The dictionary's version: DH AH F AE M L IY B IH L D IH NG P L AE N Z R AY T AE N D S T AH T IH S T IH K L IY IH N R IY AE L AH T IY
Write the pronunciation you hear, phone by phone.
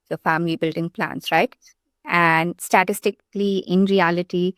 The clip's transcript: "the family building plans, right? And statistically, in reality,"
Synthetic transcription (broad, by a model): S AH F AE M L IY B IH L D IH NG P L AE N S R AY T AE N D S T AH T IH S T IH K L IY IH N R IY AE L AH T IY